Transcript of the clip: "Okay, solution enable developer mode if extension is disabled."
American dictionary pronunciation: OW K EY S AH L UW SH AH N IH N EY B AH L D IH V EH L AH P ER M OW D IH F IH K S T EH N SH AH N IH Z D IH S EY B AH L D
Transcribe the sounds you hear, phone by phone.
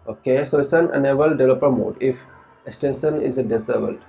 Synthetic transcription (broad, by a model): OW K EY S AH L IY S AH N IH N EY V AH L D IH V L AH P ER M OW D IH F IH K S T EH N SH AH N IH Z D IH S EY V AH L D